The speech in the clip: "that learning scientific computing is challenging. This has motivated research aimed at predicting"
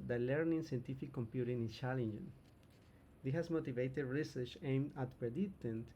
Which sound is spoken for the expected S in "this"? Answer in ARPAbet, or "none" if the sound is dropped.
none